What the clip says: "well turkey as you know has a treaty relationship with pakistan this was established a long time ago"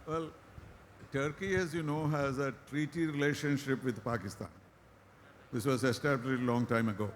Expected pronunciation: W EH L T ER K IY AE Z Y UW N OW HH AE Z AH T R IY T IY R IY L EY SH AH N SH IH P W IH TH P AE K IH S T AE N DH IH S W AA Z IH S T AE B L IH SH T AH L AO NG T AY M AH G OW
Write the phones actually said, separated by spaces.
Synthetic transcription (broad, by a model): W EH L T ER K IY AE Z Y UW N OW HH AE Z AH T R IY T IY R IY L EY SH AH N SH IH P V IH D P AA K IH S T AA N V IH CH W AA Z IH S T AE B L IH T AH L AO NG T AY M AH G OW